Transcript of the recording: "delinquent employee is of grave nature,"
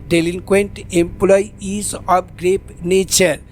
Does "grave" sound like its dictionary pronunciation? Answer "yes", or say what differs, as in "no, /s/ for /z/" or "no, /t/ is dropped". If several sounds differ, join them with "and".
no, /p/ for /v/